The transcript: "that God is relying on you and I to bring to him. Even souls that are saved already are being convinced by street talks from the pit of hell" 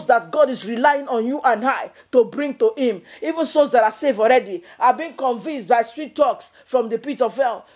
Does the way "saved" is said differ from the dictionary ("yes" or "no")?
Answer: yes